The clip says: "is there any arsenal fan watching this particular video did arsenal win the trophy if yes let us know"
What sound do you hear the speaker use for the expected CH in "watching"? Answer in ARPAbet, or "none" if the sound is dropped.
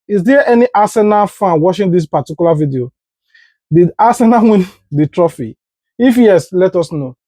SH